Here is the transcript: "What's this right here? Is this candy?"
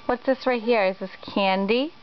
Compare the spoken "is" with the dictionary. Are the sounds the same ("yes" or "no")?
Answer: yes